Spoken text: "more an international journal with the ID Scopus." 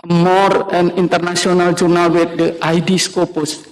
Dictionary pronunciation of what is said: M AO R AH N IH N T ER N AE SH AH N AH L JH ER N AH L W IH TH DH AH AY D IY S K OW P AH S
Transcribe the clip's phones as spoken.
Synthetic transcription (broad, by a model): M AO R AH N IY N T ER N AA S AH N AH L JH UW N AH L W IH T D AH AY D IY S K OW P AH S